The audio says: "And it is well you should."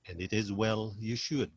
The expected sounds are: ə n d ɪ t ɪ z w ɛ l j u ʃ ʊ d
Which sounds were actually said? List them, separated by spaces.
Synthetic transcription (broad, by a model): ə n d ɪ t ɪ z w ɛ l j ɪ ʃ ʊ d